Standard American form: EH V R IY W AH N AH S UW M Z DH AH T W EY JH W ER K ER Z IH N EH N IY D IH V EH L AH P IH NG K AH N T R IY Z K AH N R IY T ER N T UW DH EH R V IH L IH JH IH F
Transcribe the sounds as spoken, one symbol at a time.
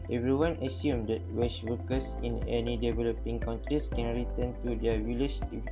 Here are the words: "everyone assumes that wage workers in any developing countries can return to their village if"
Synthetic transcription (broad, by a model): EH V R IY W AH N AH S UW M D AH T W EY CH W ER K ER S IH N EH N IY D IH V EH L AH P IH NG K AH N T R IY S K AH N R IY T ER N T UW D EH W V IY L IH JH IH